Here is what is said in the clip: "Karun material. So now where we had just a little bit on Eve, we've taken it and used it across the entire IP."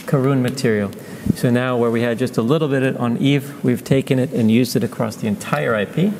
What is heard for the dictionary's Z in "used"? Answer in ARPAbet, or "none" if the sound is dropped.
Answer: Z